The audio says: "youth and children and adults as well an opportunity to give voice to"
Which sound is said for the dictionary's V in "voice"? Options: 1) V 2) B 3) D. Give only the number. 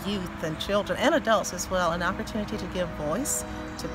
1